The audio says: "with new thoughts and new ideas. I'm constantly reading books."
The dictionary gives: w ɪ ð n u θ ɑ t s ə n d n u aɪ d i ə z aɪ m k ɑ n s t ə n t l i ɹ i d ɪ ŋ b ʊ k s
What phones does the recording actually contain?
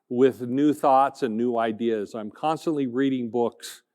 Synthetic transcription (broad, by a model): w ɪ ð n u θ ɑ t s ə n n u aɪ d i ə z aɪ m k ɑ n s t ə n t l i ɹ i d ɪ ŋ b ʊ k s